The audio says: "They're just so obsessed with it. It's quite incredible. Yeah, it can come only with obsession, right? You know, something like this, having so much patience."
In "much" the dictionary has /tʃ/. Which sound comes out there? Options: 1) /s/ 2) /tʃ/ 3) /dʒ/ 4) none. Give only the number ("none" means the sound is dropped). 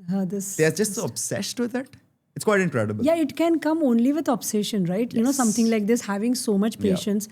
2